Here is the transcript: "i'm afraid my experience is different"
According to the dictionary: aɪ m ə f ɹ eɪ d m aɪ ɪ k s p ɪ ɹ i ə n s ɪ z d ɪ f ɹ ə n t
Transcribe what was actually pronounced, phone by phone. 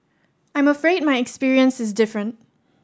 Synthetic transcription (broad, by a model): aɪ m ə f ɹ eɪ d m aɪ ɪ k s p ɪ ɹ i ə n s ɪ z d ɪ f ɹ ə n t